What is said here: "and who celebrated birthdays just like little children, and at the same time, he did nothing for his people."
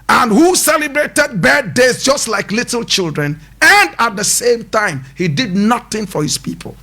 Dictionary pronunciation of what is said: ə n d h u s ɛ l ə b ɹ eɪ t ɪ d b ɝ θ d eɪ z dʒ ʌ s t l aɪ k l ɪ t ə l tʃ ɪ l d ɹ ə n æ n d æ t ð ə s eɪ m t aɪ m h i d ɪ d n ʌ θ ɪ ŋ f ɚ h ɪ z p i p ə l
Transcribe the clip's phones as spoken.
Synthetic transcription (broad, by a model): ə n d h u s ɛ l ə b ɹ eɪ t ɪ d b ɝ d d eɪ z dʒ ʌ s t l aɪ k l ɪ t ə l tʃ ɪ l d ɹ ə n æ n d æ t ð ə s eɪ m t aɪ m h i d ɪ d n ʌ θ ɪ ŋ f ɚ h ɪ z p i p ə l